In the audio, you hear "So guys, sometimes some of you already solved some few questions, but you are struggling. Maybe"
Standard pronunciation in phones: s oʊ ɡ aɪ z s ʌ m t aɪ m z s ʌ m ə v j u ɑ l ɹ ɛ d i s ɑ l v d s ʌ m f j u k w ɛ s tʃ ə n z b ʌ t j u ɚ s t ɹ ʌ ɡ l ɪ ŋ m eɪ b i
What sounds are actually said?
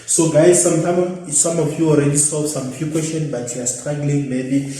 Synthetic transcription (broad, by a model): s oʊ ɡ aɪ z s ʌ m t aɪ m s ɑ m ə f j u ɑ l ɹ ɛ d i s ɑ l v s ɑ m f j u k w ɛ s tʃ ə n b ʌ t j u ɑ s t ɹ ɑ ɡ l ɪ ŋ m eɪ b i